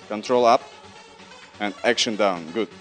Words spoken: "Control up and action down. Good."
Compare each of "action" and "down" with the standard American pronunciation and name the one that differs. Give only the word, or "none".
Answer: none